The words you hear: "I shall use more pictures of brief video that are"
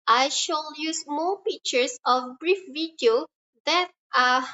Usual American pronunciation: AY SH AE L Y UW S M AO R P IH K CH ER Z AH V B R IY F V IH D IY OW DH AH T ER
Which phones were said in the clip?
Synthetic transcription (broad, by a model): AY SH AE L Y UW S M AO P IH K CH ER S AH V B R IY F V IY D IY OW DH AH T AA